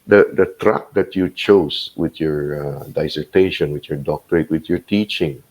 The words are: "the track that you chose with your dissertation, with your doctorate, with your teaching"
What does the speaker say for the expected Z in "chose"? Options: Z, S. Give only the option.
S